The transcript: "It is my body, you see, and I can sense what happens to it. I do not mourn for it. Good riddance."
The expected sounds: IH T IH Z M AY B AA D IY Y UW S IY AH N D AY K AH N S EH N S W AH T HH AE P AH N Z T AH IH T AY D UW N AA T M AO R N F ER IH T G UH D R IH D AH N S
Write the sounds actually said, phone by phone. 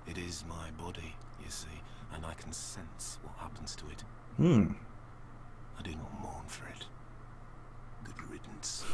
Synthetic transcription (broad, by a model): IH T IH Z M AY B AA D IY Y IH S IY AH N AY K N S EH N S W AH T HH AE P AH N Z T AH IH T AY D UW N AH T M AO R N F ER IH T G UH D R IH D N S